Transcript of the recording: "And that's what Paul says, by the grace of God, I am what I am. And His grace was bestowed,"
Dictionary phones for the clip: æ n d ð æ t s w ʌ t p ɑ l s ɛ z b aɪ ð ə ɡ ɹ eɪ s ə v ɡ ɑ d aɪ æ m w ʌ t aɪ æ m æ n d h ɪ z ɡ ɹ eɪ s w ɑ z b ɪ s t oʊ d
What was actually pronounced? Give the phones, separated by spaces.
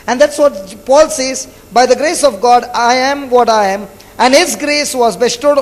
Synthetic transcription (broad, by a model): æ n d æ t s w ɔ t p ɑ l s ɛ z b aɪ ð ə ɡ ɹ eɪ s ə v ɡ ɑ d aɪ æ m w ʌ t aɪ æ m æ n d h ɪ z ɡ ɹ eɪ s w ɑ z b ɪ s t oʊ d